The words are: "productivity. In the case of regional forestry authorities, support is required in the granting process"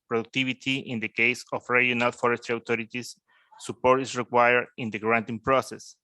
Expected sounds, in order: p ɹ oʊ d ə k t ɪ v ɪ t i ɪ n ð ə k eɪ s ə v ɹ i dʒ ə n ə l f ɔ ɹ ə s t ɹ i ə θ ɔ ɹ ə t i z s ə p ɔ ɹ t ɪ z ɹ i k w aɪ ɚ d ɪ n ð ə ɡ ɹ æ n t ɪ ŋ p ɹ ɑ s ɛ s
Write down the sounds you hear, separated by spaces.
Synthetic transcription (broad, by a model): p ɹ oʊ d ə k t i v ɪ t i ɪ n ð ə k eɪ s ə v ɹ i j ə n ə l f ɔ ɹ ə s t i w t ɔ ɹ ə t i s ə p ɔ ɹ t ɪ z ɹ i k w aɪ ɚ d ɪ n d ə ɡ ɹ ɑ n t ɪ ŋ p ɹ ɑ s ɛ s